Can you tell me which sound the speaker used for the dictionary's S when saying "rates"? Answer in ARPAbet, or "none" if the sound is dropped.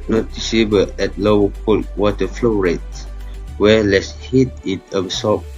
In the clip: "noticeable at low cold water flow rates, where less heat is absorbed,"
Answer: none